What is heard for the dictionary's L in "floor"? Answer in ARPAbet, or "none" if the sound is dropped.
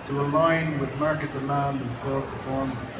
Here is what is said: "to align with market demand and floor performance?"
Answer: none